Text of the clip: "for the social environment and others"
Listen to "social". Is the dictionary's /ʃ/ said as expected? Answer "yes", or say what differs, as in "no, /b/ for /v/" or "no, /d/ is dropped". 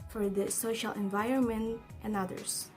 yes